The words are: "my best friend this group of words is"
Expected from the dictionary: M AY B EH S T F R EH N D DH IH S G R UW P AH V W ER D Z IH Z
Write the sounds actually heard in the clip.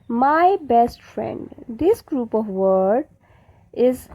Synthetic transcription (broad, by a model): M AY B EH S T F R EH N D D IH S G R UW P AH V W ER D IH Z